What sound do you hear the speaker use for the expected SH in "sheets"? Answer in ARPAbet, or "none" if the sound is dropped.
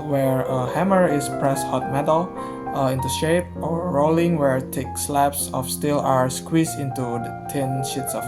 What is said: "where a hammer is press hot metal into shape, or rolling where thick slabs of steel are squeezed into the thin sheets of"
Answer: SH